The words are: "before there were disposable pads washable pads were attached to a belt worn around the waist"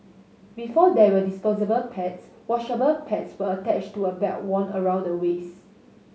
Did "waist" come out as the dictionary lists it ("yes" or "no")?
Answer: no